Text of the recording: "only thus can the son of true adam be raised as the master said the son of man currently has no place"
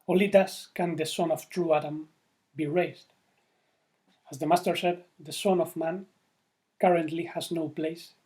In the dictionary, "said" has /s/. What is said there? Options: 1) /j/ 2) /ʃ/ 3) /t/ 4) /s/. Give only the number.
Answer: 2